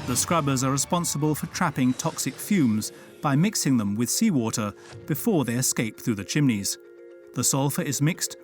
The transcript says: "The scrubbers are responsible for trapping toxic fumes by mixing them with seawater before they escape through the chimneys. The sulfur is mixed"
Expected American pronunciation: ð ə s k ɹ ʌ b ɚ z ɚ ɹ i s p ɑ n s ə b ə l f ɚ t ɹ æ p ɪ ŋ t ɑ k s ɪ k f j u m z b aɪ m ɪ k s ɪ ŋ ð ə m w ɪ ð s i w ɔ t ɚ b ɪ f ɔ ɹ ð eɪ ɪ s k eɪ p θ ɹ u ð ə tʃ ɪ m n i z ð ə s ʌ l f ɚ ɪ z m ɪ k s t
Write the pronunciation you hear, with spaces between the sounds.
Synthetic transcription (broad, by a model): ð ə s k ɹ ʌ b ɚ z ɚ ɹ i s p ɑ n s ə b ə l f ɚ t ɹ æ p ɪ ŋ t ɑ k s ɪ k f j u m z b aɪ m ɪ k s ɪ ŋ ð ə m w ɪ ð s i w ɔ t ɚ b ɪ f ɔ ɹ ð eɪ ɪ s k eɪ p θ ɹ u ð ə tʃ ɪ m n i z ð ə s ʌ l f ɚ ɪ z m ɪ k s t